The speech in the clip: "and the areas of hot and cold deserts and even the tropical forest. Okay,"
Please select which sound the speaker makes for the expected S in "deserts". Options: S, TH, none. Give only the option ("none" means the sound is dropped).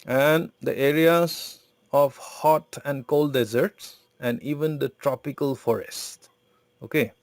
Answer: S